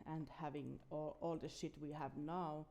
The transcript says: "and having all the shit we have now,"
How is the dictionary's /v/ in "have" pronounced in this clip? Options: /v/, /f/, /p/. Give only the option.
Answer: /v/